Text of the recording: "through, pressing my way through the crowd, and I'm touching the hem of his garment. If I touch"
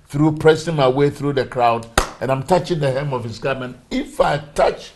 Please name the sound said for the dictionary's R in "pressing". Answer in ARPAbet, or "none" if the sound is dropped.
R